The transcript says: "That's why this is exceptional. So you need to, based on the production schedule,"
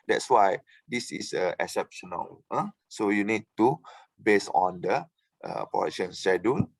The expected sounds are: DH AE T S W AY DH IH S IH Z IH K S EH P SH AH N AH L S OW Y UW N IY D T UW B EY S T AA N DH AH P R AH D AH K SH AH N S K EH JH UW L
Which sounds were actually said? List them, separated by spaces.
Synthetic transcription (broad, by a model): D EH T S W AY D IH S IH S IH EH S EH P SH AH N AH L S OW Y UW N IY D T UW B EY S AA N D AH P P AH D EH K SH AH N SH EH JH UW L